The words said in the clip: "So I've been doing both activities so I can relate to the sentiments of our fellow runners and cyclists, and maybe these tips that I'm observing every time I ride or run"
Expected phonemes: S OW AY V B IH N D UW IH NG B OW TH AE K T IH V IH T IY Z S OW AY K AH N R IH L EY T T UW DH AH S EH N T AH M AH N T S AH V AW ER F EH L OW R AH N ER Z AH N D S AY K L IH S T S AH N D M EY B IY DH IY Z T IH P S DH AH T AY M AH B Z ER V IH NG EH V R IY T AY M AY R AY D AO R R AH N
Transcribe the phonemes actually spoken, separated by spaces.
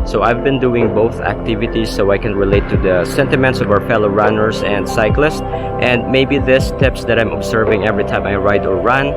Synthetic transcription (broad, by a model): S OW AY V B IH N D UW IH NG B OW TH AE K T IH V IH T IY S OW AY K AH N R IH L EY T T UW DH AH S EH N T AH M AH N T S AH V AW ER F EH L OW R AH N ER S AH N D S AY K L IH S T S AH N D M EY B IY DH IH S T IH P S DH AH T AY M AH B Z ER V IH NG EH V R IY T AY M AY R AY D AO R R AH N